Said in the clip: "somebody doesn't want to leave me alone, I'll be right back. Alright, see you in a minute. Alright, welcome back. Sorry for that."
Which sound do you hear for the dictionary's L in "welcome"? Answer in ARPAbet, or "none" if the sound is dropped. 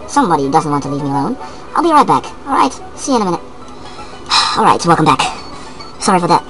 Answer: L